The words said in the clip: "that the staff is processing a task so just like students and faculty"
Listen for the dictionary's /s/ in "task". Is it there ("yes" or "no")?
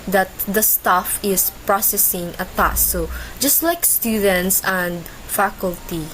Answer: no